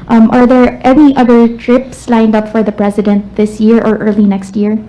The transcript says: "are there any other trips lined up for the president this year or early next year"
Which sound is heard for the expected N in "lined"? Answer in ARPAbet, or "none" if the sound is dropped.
N